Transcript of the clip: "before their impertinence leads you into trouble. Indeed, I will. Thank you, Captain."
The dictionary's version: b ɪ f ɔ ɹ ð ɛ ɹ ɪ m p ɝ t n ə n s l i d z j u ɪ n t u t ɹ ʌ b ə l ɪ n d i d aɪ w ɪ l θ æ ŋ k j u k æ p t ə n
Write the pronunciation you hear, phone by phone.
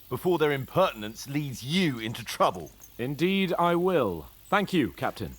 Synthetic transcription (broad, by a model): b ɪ f ɔ ɹ ð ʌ ɹ ɪ m p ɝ t n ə n s l i d z j u ɪ n t u t ɹ ʌ b ə l ɪ n d i d aɪ w ɪ l θ æ ŋ k j u k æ p t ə n